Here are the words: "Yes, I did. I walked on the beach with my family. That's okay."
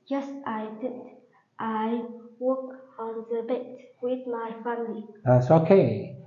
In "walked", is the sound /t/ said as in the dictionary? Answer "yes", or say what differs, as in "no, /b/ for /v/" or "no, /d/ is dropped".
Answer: no, /t/ is dropped